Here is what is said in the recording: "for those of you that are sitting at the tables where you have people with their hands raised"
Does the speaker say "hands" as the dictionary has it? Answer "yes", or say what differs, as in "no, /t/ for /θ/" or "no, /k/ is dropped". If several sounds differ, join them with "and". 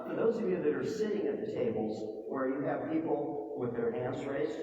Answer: no, /s/ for /z/